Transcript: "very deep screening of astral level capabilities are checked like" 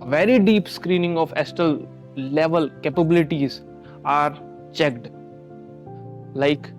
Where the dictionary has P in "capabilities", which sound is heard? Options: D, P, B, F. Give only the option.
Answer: P